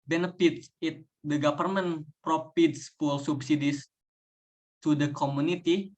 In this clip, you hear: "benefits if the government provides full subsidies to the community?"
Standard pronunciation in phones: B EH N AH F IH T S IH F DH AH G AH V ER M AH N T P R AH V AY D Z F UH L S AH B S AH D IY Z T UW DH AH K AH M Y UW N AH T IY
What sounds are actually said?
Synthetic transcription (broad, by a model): B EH N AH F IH T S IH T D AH G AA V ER M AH N P R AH F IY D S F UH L S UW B S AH D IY S T UW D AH K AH M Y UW N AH T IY